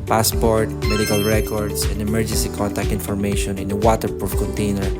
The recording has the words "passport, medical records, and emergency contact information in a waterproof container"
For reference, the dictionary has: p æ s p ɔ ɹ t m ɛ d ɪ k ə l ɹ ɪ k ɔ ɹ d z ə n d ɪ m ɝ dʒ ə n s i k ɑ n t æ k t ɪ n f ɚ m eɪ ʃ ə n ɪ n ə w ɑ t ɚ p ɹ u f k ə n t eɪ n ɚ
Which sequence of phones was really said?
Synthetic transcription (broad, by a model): p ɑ s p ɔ ɹ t m ɛ d ɪ k ə l ɹ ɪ k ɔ ɹ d s ə n d ɪ m ɝ dʒ ə n s i k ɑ n t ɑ k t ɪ n f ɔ m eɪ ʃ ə n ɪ n ə w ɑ t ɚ p ɹ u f k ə n t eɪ n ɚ